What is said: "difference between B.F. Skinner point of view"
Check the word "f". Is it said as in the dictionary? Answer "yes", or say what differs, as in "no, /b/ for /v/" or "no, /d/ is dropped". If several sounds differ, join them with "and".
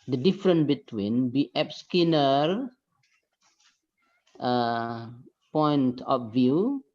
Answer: no, /p/ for /f/